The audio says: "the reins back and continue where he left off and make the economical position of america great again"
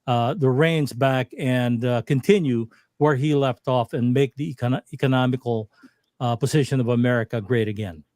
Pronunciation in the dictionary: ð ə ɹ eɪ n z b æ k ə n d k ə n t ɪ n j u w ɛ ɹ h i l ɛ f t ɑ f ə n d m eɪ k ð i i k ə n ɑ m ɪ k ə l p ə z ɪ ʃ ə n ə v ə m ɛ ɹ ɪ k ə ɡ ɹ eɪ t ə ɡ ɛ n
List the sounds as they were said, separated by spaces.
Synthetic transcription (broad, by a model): ð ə ɹ eɪ n z b æ k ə n k ə n t ɪ n j u w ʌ ɹ i l ɛ f t ɑ f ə n m eɪ k ð i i k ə n ɑ m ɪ k l p ə z ɪ ʃ ə n ə v ə m ɛ ɹ ɪ k ə ɡ ɹ eɪ t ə ɡ ɛ n